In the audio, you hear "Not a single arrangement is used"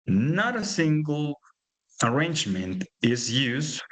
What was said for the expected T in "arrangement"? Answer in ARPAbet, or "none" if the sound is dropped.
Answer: T